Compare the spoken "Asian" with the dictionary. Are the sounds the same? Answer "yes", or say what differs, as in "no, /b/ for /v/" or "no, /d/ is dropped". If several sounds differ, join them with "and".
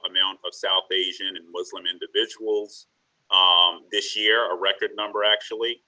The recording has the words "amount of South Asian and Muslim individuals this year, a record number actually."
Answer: yes